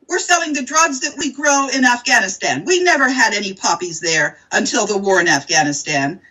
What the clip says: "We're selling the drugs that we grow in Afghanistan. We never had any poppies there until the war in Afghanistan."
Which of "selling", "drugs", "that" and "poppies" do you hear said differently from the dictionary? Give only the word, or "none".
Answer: none